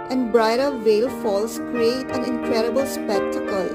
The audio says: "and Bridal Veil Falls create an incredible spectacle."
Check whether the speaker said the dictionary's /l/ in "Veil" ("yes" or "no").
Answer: yes